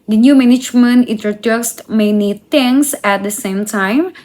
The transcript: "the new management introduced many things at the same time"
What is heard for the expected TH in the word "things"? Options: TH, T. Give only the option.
T